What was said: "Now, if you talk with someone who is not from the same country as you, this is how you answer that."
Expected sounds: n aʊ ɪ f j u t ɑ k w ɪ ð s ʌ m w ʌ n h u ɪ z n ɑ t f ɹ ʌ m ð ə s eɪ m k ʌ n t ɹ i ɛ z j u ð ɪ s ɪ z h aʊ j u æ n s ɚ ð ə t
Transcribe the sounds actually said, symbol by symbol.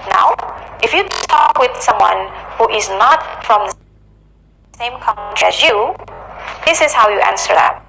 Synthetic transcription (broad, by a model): n aʊ ɪ f j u t ɑ k w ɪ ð s ʌ m w ʌ n h u ɪ z n ɑ t f ɹ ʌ m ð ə s eɪ m k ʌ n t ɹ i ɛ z j u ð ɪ s ɪ z h aʊ j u æ n s ɚ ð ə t